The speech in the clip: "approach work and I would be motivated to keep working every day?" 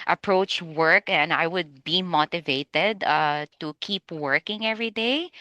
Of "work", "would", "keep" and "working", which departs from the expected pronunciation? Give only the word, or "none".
none